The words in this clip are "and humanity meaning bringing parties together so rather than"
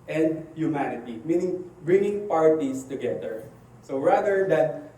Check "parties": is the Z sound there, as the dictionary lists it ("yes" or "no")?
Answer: no